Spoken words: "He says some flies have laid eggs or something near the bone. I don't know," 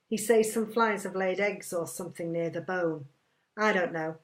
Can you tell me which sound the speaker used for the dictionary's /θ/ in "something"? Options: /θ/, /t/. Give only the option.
/θ/